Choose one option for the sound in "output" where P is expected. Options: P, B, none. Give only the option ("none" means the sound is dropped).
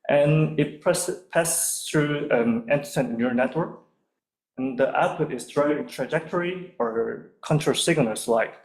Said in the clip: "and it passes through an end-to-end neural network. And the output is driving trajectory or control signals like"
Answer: P